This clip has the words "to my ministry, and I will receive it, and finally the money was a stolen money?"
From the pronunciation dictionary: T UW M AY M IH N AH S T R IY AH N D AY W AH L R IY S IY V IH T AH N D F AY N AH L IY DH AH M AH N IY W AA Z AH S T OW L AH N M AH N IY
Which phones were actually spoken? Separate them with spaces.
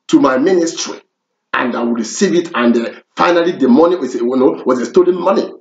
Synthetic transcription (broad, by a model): T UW M AY M IH N AH S T R IY AH N D AY W AH L R IY S IY V IH T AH N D F AY N AH L IY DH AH M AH N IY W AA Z AH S T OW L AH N M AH N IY